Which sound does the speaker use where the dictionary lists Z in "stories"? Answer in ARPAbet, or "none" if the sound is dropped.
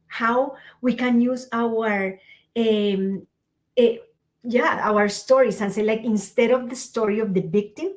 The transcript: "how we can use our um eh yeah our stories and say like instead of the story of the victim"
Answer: S